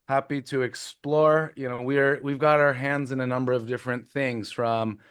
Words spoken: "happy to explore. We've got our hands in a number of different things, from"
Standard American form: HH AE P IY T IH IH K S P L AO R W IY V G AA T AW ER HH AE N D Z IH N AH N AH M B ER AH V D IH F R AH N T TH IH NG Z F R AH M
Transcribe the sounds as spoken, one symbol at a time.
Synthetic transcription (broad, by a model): HH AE P IY T IH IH K S P L AO R W IY V G AA T AW ER HH AE N D Z IH N AH N AH M B ER AH V D IH F R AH N TH IH NG Z F R AH M